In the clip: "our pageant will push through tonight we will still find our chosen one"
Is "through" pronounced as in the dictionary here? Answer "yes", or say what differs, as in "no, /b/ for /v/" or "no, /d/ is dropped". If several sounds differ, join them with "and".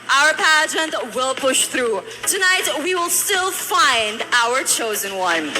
yes